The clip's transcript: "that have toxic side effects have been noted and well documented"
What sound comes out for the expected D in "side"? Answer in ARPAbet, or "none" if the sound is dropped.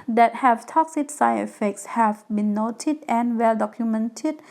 none